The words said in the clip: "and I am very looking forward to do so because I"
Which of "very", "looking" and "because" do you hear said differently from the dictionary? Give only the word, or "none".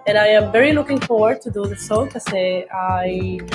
because